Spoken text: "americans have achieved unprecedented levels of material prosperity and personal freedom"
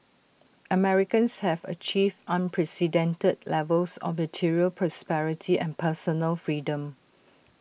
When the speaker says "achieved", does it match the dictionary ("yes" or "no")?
no